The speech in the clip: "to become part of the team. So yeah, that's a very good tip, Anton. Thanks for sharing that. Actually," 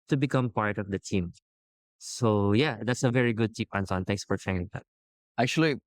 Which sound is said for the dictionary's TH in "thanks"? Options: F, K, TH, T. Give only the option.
T